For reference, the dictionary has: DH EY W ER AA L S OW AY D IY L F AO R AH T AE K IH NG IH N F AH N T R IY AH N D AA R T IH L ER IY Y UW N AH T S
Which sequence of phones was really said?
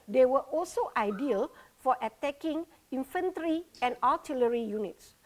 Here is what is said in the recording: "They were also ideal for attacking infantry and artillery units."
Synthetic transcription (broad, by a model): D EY W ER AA L S OW AY D IY L F AO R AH T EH K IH NG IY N F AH N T R IY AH N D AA L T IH L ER IY Y UW N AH T S